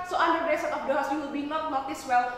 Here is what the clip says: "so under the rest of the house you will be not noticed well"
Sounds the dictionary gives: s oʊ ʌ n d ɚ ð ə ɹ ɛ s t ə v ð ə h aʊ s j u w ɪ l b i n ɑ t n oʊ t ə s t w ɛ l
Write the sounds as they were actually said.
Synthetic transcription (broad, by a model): s oʊ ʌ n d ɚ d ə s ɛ t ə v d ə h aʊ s j u w ɪ l b i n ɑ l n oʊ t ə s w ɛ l